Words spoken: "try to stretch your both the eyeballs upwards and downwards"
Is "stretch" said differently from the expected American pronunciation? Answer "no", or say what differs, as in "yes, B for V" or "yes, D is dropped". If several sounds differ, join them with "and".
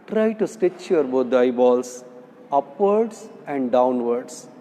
yes, R is dropped